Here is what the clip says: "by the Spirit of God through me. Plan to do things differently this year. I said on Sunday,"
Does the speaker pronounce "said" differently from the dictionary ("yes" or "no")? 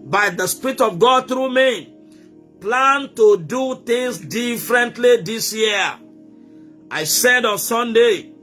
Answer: no